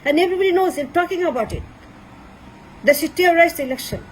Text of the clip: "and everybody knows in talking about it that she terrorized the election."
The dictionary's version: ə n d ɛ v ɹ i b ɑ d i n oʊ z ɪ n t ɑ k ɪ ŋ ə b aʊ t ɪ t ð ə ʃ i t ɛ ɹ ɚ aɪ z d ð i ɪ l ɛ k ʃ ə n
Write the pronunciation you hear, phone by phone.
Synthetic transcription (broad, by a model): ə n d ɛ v ɹ i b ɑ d i n oʊ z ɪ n t ɑ k ɪ ŋ ə b aʊ t ɪ t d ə s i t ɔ ɹ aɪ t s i l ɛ k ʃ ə n